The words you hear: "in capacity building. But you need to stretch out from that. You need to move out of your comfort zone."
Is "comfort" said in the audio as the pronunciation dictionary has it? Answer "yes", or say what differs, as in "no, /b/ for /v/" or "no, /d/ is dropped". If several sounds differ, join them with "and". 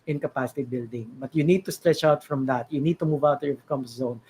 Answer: no, /p/ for /f/